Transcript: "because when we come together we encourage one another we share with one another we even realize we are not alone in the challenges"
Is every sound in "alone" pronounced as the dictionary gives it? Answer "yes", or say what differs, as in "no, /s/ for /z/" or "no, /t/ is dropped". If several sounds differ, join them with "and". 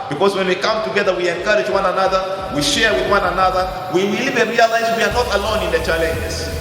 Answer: yes